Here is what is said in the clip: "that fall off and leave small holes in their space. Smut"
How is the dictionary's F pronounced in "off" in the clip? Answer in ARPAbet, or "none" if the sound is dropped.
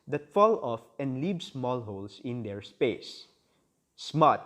F